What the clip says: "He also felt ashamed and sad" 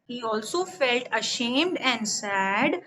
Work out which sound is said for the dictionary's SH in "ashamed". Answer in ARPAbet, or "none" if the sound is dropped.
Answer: SH